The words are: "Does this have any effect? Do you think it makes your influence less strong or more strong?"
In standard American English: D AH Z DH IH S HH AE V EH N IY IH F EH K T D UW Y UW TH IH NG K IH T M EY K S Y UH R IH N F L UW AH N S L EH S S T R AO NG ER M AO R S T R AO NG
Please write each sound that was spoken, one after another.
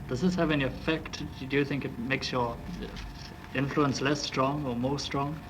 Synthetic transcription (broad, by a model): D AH Z DH IH S HH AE V EH N IY IH F EH K T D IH Y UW TH IH NG K IH T M EY K S Y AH R IH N F L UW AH N S L EH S S T R AO NG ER M AO R S T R AO NG